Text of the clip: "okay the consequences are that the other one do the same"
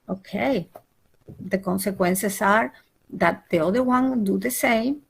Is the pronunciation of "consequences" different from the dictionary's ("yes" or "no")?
yes